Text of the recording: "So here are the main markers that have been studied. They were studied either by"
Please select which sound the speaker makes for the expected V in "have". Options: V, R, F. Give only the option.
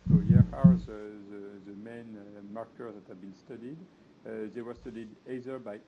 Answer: V